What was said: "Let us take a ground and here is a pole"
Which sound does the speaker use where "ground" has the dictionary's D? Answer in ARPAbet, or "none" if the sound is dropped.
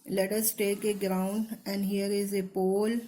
D